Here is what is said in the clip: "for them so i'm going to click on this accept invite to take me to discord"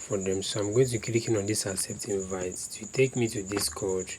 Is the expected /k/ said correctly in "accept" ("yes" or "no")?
no